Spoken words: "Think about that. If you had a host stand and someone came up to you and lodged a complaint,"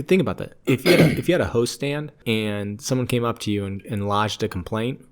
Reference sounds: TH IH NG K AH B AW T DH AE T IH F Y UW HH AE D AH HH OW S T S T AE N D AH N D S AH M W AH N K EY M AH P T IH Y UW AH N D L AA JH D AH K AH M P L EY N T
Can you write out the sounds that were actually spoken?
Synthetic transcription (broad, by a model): TH IH NG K AH B AW T DH AE T IH F Y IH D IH D AH HH OW S T S T AE N D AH N S AH M W AH N K EY M AH P T IH Y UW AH N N L AA JH D AH K M P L EY N T